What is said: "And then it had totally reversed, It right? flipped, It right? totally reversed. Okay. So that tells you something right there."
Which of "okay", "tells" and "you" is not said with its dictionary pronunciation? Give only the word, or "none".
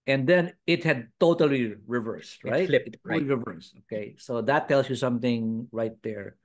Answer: tells